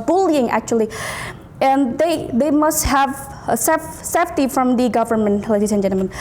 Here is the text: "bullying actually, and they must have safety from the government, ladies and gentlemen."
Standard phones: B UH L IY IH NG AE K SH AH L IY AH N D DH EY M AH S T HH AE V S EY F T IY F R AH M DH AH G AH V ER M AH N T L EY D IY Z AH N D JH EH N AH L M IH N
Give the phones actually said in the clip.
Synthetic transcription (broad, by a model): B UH L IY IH NG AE K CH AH L IY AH N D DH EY M AH S T HH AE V S EY F T IY F R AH M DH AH G AH V ER M AH N T L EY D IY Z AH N JH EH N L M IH N